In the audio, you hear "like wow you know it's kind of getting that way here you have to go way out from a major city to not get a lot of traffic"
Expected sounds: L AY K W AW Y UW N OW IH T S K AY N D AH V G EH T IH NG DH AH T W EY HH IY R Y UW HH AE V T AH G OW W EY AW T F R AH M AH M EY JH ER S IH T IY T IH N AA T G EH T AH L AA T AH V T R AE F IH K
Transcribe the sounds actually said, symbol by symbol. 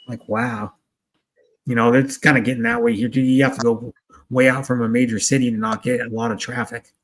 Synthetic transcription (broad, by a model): L AY K W AW Y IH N OW IH T S K AY N D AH G EH T IH NG DH AH T W EY HH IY R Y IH HH AE F T AH G OW W EY AW T F R AH M AH M EY JH ER S IH T IY T IH N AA T G EH T AH L AA T AH V T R AE F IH K